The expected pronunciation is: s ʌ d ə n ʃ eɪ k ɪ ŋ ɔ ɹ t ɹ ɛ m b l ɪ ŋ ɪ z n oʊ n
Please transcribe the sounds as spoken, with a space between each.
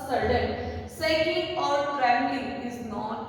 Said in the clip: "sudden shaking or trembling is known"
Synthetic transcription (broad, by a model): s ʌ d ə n s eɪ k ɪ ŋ ɔ ɹ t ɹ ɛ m l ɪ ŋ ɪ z n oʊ